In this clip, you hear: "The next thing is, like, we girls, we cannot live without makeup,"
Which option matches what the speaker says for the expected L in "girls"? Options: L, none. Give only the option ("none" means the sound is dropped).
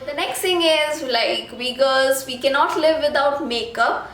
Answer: none